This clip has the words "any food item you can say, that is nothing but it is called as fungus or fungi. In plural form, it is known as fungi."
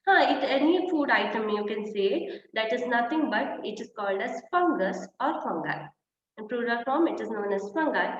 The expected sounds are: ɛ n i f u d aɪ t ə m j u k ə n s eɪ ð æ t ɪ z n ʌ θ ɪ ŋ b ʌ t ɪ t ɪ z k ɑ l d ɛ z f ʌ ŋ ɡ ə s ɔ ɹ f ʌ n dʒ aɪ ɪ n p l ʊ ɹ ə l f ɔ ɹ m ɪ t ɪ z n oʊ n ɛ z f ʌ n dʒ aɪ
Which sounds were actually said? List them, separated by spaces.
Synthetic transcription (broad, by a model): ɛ n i f u d aɪ t ə m j u k ə n s eɪ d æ t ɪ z n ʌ t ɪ ŋ b ʌ t ɪ t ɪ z k ɑ l d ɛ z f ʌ ŋ ɡ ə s ɔ ɹ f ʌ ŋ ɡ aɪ ɪ n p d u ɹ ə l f ɔ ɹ m ɪ t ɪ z n oʊ n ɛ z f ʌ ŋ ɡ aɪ